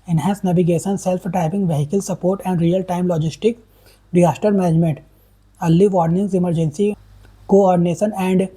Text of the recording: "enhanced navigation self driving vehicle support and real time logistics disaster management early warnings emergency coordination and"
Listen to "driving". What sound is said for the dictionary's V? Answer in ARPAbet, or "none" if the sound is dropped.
P